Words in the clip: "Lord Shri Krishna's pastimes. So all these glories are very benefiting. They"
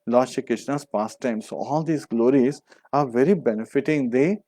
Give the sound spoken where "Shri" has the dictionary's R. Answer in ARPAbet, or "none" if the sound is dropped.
none